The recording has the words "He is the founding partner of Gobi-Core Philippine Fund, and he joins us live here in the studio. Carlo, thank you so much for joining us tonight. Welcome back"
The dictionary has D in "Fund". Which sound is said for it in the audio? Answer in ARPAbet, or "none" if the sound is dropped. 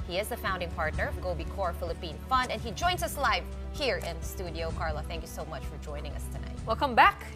D